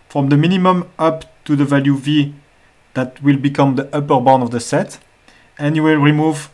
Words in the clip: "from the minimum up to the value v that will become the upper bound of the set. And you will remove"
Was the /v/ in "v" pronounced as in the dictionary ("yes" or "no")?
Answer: yes